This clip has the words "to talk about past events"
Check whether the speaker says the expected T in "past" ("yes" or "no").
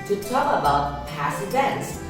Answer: no